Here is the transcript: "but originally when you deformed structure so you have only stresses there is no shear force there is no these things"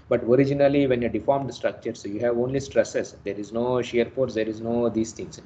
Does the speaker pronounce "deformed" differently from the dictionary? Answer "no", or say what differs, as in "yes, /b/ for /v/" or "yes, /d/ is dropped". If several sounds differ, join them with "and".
no